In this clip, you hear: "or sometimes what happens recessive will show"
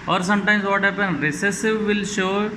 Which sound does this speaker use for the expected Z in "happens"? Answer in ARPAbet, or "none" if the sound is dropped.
none